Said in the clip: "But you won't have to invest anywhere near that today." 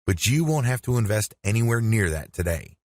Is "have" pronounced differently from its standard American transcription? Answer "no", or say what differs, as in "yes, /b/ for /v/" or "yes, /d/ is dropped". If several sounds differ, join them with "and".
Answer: yes, /f/ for /v/